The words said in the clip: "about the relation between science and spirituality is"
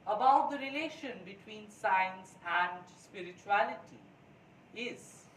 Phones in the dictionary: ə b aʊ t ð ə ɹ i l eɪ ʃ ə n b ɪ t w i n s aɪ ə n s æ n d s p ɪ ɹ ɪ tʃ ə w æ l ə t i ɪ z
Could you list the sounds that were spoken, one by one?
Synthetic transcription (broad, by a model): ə b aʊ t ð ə ɹ i l eɪ ʃ ə n b ɪ t w i n s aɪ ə n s æ n d s p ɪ ɹ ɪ tʃ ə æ l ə t i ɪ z